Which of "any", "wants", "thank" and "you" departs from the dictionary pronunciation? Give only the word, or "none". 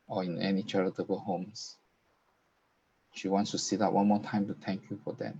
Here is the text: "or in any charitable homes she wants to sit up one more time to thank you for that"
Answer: thank